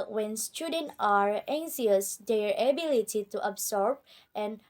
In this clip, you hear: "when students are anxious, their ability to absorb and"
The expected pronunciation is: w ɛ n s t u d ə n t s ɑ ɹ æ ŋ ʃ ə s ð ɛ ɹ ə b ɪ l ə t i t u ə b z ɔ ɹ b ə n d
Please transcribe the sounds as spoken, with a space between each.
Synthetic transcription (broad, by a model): w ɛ n s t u d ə n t ɑ ɹ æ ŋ s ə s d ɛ ɹ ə b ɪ l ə t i t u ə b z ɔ ɹ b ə n